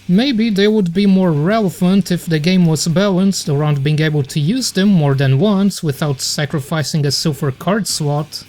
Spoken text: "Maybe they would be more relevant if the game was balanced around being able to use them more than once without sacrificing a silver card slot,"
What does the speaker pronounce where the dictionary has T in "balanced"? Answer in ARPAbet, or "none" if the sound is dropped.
T